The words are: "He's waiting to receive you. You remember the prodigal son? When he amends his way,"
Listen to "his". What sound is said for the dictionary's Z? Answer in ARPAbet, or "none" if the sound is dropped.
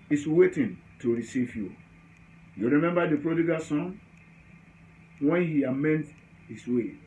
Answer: S